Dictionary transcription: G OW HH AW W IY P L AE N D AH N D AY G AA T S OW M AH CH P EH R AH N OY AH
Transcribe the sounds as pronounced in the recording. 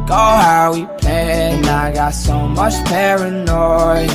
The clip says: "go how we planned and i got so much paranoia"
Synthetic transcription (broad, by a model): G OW HH AW W IY P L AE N AH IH G AA T S OW M AH CH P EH R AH N OY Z